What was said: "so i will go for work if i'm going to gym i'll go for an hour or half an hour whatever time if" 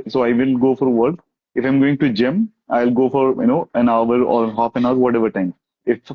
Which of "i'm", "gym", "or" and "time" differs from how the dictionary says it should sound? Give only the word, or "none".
none